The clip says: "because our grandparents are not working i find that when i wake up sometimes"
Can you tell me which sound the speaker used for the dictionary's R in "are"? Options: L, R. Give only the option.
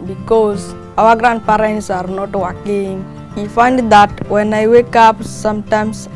R